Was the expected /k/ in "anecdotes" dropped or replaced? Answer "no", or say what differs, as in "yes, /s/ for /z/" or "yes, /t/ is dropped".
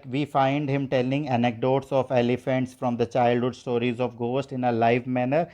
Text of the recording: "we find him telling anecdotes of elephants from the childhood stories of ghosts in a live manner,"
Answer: no